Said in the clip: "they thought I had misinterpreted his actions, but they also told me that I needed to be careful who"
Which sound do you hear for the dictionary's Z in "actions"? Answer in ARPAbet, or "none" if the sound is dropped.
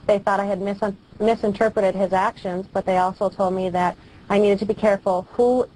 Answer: Z